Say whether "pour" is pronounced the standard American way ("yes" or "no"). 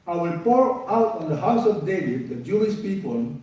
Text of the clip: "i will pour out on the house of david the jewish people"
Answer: yes